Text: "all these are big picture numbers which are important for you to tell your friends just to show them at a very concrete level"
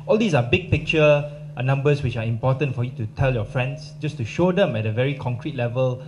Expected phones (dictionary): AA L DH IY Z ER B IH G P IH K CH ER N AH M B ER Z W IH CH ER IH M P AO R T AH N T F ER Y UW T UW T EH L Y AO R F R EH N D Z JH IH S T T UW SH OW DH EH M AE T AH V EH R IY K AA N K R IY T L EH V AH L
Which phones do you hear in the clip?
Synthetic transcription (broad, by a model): AA L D IY S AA B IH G P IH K CH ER N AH M B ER S W IH CH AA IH M P AO T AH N T F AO Y UW T UW T EH L Y AO F R EH N D S JH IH S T T UW SH OW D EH M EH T AH V EH R IY K AA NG K R IY T L EH V AH L